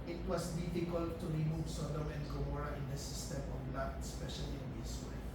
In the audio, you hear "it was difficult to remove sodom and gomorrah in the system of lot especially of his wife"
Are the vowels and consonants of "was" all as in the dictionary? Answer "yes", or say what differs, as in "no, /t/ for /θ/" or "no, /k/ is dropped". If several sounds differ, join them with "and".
no, /s/ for /z/